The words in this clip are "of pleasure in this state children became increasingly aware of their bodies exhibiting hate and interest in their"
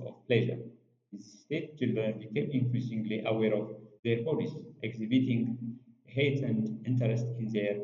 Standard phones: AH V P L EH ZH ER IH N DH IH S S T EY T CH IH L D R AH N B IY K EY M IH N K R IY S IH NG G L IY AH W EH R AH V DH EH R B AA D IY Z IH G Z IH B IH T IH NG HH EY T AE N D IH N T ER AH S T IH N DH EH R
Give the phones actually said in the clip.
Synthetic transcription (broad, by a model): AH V P L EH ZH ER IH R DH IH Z S T EY T CH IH L D R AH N B IY K EY M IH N K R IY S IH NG G L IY AH W EH R AH V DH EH R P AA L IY S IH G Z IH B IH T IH NG HH EY T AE N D IH N T ER AH S T IH N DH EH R